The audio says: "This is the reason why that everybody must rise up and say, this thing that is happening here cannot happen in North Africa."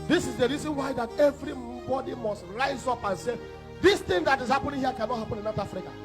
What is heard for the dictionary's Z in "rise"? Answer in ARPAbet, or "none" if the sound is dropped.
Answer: Z